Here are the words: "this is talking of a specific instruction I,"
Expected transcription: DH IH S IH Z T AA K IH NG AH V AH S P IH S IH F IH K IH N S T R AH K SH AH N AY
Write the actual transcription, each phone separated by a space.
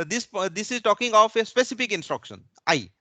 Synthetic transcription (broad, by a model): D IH S IH Z T AA K IH NG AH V AH S P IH S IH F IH K IH N S T R AH K SH AH N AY